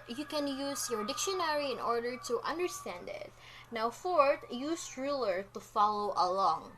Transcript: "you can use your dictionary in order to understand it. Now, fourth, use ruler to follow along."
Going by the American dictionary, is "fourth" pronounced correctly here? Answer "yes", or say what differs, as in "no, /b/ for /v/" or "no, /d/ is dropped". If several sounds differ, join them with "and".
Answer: no, /t/ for /θ/